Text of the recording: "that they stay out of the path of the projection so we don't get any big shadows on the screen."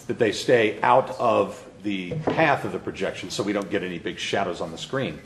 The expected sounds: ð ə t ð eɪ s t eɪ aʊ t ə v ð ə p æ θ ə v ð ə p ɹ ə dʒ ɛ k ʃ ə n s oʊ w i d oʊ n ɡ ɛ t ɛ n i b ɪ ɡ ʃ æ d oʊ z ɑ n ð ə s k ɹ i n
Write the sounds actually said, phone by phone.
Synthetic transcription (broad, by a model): ð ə t ð eɪ s t eɪ aʊ t ə v ð ə p æ θ ə v ð ə p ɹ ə dʒ ɛ k ʃ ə n s oʊ w i d oʊ n ɡ ɛ t ɛ n i b ɪ ɡ ʃ æ d oʊ z n ð ə s k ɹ i n